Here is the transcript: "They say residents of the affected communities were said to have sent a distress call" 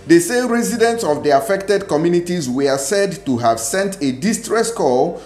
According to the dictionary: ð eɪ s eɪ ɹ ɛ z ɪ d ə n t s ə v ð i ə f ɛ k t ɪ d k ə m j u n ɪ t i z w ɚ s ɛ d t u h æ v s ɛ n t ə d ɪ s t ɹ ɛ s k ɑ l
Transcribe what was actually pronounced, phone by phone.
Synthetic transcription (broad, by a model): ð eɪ s eɪ ɹ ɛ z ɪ d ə n t s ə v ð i ə f ɛ k t ɪ d k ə m j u n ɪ t i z w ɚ s ɛ d t u h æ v s ɛ n t ə d ɪ s t ɹ ɛ s k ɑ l